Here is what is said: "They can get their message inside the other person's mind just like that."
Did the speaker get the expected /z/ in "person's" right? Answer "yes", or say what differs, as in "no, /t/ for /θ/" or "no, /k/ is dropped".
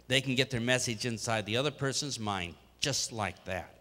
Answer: yes